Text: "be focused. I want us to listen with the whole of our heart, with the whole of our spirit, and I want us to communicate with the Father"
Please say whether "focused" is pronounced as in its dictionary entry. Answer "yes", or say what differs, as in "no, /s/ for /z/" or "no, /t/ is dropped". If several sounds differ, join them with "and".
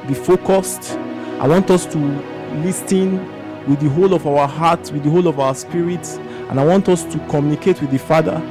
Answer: yes